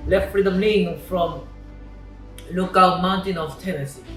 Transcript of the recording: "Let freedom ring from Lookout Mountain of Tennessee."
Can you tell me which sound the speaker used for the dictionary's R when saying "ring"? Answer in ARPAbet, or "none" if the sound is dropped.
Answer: L